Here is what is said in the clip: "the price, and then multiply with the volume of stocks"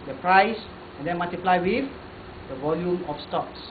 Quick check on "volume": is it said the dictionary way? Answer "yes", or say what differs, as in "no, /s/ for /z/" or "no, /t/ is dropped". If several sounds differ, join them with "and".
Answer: yes